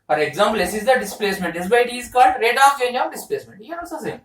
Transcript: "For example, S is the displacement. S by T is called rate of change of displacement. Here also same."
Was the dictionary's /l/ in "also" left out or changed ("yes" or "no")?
yes